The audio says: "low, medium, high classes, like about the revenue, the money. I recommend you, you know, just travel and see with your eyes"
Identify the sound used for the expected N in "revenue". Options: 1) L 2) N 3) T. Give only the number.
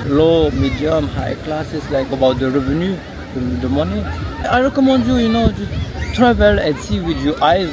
2